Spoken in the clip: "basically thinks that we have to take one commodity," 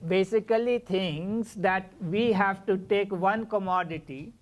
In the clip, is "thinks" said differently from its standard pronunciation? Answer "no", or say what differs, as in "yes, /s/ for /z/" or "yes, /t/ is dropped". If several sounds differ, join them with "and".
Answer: yes, /t/ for /θ/